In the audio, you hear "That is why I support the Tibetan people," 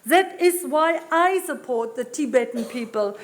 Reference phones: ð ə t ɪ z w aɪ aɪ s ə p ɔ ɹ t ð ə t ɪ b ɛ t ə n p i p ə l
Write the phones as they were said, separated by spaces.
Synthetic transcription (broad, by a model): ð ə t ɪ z w aɪ aɪ s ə p ɔ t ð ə t ɪ b ɛ t ə n p i p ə l